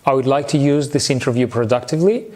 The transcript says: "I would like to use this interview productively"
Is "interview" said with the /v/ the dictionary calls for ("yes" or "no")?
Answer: yes